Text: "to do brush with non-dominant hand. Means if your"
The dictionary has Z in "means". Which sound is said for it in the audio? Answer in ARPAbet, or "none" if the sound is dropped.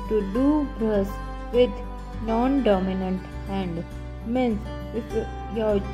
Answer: S